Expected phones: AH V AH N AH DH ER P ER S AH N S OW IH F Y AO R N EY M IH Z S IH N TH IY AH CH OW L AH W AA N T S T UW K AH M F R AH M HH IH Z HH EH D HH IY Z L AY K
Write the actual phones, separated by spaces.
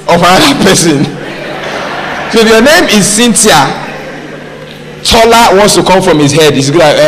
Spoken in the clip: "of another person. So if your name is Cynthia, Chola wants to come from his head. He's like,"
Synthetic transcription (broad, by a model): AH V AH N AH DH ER P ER S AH N S OW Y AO N EY M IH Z S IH N T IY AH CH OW L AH W AA N T S T UW K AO M F R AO M HH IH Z HH EH D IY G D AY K